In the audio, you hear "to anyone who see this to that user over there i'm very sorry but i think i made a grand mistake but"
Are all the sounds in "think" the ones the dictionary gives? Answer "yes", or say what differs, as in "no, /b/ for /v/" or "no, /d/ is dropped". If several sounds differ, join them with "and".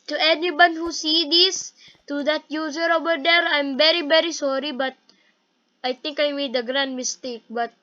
no, /t/ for /θ/